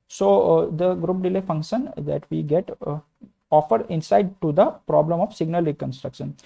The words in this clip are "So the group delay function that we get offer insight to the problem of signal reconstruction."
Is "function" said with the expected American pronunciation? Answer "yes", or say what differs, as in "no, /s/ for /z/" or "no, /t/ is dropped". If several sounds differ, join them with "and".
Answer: yes